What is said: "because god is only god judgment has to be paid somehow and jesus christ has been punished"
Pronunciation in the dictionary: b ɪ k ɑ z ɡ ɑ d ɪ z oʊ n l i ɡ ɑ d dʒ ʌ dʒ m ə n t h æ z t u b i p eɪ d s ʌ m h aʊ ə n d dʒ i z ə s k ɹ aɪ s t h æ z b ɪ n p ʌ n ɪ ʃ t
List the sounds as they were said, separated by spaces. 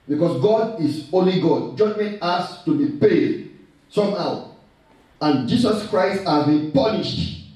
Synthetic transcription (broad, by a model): b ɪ k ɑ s ɡ ɑ d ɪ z oʊ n l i ɡ ɑ d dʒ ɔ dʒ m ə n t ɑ s t u b i p eɪ d s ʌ m h aʊ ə n dʒ i s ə s k ɹ aɪ s t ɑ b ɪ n p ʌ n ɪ ʃ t